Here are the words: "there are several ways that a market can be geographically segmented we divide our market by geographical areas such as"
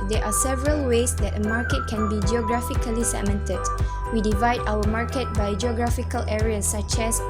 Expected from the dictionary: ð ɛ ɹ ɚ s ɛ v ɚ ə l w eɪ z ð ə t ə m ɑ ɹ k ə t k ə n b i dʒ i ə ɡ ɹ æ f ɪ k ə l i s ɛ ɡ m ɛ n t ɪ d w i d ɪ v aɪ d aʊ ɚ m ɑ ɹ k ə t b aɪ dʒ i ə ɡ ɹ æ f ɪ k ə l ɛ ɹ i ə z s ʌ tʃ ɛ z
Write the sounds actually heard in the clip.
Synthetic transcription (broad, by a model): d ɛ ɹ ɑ s ɛ v ɚ ə l w eɪ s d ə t ə m ɑ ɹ k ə t k ə n b i dʒ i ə ɡ ɹ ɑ f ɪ k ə l i s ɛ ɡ m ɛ n t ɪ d w i d ɪ v aɪ d aʊ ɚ m ɑ ɹ k ə t b aɪ dʒ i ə ɡ ɹ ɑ f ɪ k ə l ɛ ɹ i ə s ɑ tʃ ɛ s